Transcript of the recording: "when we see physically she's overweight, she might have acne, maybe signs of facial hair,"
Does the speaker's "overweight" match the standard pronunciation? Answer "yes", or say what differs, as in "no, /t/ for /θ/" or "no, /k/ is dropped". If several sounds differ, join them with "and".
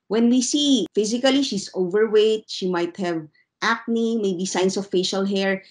yes